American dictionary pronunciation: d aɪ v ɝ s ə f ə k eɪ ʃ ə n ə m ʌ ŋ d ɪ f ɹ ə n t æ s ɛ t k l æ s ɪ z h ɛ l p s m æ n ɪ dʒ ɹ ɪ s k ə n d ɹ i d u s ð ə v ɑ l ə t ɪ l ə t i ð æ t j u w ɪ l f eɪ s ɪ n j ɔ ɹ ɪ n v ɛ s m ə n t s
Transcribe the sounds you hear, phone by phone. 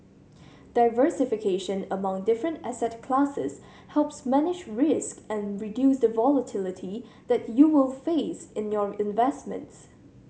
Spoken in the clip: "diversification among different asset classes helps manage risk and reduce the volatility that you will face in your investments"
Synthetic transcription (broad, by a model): d aɪ v ɝ s ə f ə k eɪ ʃ ə n ə m ʌ ŋ d ɪ f ɹ ə n t æ s ɛ t k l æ s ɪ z h ɛ l p s m æ n ɪ dʒ ɹ ɪ s k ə n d ɹ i d u s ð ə v ɑ l ə t ɪ l ə t i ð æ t j u w ɪ l f eɪ s ɪ n j ɔ ɹ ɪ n v ɛ s m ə n t s